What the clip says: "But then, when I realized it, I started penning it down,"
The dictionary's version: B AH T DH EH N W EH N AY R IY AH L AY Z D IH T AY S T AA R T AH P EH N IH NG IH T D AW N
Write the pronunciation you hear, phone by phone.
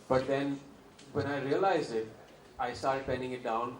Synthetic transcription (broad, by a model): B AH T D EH N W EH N AY R IY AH L AY Z IH T AY S T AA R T P EH N IH NG IH T D AW N